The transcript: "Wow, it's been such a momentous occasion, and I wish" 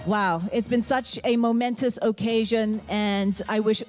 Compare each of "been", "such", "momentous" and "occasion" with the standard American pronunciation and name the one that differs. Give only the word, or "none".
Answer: none